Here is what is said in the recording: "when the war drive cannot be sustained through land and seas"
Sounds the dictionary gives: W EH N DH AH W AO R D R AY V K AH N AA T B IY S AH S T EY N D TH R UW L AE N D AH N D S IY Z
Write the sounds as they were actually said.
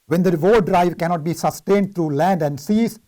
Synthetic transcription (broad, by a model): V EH N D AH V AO D R AY V K AH N AA T B IY S AH S T EY N D T R UW L AE N D AH N D S IY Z